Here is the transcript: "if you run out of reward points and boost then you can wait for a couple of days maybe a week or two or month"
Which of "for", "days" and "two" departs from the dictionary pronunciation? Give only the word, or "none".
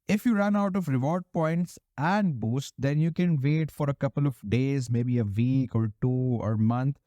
none